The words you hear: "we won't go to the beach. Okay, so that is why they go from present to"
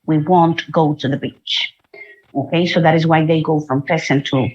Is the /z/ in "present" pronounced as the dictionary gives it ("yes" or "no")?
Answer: no